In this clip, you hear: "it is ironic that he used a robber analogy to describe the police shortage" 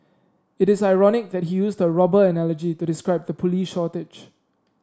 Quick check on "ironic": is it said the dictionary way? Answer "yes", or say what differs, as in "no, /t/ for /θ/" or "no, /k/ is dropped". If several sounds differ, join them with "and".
yes